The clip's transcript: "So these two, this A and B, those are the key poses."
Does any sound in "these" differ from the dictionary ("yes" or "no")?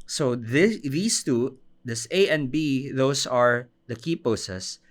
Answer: yes